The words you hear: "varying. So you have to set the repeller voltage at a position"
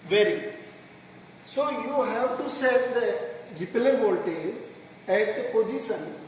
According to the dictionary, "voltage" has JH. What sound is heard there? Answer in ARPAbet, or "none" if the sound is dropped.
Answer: Z